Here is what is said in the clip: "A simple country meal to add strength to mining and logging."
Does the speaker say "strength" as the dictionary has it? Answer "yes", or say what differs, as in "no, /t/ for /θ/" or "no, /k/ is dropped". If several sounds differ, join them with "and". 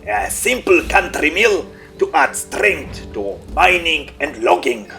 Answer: no, /t/ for /θ/